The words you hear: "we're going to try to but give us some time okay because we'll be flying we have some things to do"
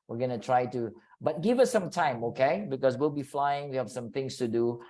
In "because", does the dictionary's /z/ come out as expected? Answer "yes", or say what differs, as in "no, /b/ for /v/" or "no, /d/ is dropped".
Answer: no, /s/ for /z/